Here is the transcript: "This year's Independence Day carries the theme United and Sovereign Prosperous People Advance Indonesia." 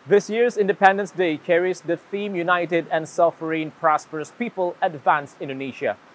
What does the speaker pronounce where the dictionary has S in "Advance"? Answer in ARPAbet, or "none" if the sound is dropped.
S